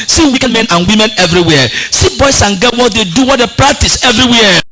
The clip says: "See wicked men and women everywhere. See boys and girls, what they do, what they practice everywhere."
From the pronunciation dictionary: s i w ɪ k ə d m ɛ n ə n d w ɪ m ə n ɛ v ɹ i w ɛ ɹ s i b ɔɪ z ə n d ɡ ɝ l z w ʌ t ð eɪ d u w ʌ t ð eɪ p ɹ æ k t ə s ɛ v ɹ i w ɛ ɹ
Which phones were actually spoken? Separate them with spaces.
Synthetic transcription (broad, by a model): s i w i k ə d m ɛ n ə n w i m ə n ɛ v ɹ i w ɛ s i b ɔɪ s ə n ɡ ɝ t w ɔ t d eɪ d u w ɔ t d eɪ p ɹ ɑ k t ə s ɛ v ɹ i w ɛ